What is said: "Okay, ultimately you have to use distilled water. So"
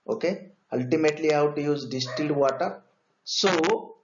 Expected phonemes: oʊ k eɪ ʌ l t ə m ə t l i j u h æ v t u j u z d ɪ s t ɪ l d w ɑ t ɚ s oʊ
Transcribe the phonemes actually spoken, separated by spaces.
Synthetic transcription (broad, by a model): oʊ k eɪ ʌ l t ə m ə t l i h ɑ w t u j u z d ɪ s t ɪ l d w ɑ t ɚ s oʊ